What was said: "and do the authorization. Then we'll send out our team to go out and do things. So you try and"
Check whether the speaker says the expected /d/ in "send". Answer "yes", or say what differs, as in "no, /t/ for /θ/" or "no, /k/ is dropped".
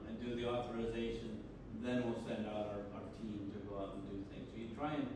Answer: yes